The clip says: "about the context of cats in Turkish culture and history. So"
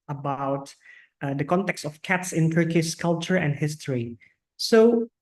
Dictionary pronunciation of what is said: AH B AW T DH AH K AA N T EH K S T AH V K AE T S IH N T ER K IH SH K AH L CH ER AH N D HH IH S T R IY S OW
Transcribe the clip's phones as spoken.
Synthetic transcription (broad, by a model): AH B AW T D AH K AA N T EH K S T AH F K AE T S IH N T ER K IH S K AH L CH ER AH N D HH IH S T R IY S OW